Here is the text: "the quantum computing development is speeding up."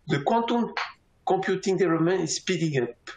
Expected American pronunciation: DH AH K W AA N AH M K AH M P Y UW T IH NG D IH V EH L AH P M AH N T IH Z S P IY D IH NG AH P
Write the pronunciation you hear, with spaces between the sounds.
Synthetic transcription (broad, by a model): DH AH K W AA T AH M K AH P Y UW T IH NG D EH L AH M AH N IH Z S P IY D IH NG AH P